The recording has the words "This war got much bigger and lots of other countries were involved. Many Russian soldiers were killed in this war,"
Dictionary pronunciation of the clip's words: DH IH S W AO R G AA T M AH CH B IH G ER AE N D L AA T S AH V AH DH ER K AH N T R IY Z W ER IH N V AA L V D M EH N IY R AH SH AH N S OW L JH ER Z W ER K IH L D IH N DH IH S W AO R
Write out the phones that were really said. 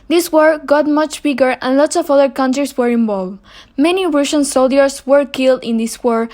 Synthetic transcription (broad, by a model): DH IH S W AO R G AA T M AH CH B IH G ER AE N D L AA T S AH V AH DH ER K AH N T R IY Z W ER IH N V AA L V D M EH N IY R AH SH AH N S OW L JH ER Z W ER K IH L D IH N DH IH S W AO R